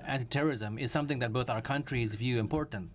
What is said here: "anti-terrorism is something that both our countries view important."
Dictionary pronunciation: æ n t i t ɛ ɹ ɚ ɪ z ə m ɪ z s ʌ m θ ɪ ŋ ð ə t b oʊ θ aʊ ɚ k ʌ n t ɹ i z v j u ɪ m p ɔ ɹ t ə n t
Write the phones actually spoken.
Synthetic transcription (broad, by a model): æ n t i t ɛ ɹ ɚ ɪ z ə m ɪ z s ʌ m θ ɪ ŋ ð ə t b oʊ θ aʊ ɚ k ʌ n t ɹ i z v j u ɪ m p ɔ ɹ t n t